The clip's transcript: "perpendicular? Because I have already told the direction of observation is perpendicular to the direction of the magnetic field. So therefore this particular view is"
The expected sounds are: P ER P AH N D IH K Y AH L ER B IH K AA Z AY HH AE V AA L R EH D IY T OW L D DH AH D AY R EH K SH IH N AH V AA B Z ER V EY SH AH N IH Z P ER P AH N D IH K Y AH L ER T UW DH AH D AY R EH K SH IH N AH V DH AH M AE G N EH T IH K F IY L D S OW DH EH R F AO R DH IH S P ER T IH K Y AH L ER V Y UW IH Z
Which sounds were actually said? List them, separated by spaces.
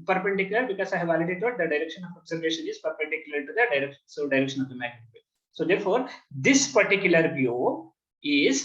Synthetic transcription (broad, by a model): P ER P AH N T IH K Y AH L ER B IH K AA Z AY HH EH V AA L IH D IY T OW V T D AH D AY R EH K SH IH N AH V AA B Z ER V EY SH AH N IH Z P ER P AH N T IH K Y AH L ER T UW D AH D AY R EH K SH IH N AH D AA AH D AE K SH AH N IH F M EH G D S OW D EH R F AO R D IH S P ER T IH K Y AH L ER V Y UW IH Z